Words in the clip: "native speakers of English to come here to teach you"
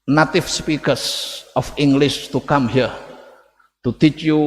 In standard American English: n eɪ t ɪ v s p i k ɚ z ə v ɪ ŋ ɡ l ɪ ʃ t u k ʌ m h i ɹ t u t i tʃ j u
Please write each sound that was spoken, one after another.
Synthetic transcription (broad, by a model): n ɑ t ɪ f s p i k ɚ s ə f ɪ ŋ ɡ l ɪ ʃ t u k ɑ m h i ɹ t u t i tʃ j u